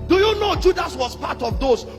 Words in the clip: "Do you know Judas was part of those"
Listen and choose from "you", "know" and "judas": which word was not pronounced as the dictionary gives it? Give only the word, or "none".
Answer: none